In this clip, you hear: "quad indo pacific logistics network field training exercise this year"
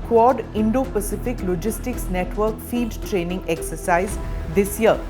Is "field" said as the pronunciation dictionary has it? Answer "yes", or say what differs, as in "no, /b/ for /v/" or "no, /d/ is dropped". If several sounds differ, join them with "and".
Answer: no, /l/ is dropped